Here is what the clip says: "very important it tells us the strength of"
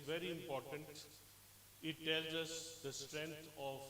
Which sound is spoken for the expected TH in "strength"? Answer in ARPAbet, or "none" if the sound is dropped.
T